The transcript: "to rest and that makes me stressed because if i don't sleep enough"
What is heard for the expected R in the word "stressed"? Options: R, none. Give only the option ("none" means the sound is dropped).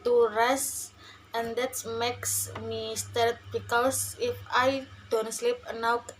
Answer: none